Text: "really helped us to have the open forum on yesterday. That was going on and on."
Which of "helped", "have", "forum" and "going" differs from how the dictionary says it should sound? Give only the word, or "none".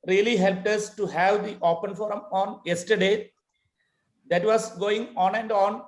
none